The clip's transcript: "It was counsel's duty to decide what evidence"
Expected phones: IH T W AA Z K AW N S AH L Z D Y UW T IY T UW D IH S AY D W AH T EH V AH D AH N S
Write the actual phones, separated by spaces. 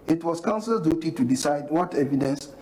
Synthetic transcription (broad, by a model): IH T W AA S K AW N S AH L D Y UW T IY T UW D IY S AY D W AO T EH V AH D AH N S